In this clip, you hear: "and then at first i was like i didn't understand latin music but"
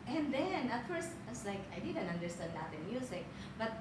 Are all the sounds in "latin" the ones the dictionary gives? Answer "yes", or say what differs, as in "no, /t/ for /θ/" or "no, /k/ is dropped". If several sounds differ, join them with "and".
no, /n/ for /l/